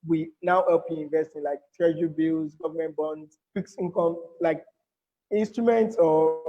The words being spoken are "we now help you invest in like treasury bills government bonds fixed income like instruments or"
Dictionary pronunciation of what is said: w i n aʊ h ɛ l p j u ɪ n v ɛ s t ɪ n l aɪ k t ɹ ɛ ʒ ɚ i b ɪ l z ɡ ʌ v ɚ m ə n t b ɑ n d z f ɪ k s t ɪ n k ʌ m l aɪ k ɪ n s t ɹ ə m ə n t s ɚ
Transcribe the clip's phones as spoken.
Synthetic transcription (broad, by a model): w i n aʊ h ɛ l p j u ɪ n v ɛ s t ɪ n l aɪ k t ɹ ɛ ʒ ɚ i b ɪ l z ɡ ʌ v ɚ m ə n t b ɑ n d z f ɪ k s ɪ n k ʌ m l aɪ k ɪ n s t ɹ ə m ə n t s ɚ